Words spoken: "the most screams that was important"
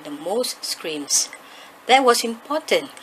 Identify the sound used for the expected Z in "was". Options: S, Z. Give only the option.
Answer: S